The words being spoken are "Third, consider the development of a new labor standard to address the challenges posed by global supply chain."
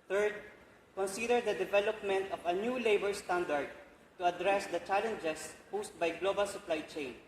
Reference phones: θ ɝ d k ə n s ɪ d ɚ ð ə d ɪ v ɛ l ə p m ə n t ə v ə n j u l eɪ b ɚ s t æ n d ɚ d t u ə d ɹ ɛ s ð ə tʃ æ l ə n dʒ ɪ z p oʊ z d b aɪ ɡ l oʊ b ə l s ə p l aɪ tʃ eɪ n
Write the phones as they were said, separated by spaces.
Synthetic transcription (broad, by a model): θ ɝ d k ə n s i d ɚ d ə d ɪ v ɛ l ə p m ə n t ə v ə n j u l eɪ b ɚ s t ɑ n d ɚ d t u ə d ɹ ɛ s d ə tʃ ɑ l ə n dʒ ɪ s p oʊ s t b aɪ ɡ l oʊ b ə l s ə p l aɪ tʃ eɪ n